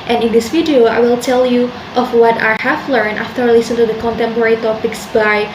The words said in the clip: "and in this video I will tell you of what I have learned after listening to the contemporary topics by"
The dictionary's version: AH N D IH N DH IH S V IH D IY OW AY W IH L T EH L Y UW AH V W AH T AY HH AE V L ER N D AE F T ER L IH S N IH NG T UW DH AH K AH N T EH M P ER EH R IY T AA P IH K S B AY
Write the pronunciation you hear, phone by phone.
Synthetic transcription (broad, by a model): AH N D IH N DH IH S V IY D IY OW AY W IH L T EH L Y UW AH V W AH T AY HH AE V L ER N AE F T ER L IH S IH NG T UW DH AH K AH N T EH M P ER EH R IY T AA P IH K S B AY